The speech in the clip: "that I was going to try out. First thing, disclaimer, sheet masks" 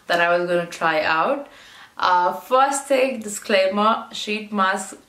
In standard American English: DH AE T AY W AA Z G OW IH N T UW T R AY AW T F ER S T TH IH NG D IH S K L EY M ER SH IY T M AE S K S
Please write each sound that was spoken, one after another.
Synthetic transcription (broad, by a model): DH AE T AY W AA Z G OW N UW T R AY AW T F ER S T T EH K D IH S K L EY M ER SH IY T M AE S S